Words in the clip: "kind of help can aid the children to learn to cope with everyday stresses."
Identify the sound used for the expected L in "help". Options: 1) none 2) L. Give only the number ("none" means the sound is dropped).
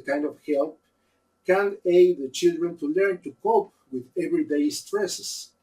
2